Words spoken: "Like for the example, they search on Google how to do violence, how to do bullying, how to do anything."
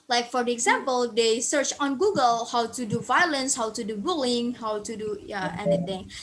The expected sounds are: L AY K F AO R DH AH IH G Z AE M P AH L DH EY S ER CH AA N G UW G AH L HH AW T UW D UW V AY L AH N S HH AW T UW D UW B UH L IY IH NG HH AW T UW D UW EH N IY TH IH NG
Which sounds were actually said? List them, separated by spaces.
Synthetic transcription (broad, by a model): L AY K F AO R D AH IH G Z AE M P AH L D EY S ER CH AA N G UW G AH L HH AW T UW D UW V AY L AH N S HH AW T UW D UW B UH L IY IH NG HH AW T UW D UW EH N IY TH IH NG